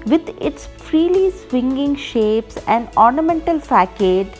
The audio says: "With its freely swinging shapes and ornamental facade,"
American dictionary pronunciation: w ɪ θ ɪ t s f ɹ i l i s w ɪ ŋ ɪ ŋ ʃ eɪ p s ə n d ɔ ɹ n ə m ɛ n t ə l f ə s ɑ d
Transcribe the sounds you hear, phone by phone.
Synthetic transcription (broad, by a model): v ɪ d ɪ t s f ɹ i l i s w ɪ ŋ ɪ ŋ ʃ eɪ p s ə n d ɔ ɹ n ə m ɛ n t ə l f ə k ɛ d